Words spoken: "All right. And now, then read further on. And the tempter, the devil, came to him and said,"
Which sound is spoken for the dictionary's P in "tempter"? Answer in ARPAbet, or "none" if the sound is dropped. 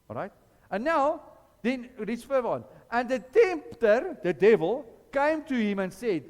P